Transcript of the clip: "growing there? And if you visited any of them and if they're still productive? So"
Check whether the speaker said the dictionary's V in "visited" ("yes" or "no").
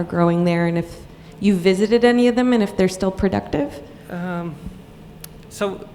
yes